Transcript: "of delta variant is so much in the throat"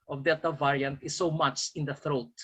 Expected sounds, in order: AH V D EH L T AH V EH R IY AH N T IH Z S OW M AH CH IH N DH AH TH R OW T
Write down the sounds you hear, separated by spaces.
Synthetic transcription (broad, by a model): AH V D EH T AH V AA R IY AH N T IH S OW M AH CH IH N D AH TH R OW T